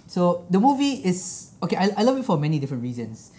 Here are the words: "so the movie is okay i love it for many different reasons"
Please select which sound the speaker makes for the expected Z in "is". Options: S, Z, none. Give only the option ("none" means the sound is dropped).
S